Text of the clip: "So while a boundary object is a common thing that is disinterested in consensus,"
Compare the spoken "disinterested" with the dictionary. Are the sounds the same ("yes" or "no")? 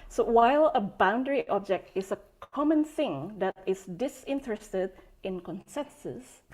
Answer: yes